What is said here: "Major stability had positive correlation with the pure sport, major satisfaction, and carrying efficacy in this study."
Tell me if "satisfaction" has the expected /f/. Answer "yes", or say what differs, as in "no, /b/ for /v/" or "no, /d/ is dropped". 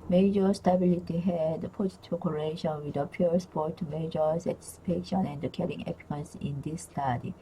no, /p/ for /f/